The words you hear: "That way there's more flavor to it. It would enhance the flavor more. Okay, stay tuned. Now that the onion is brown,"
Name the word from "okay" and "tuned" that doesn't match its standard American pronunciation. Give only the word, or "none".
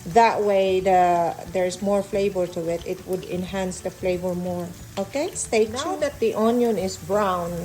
tuned